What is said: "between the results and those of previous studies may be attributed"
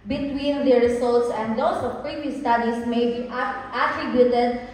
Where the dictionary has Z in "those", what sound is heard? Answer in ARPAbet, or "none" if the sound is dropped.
S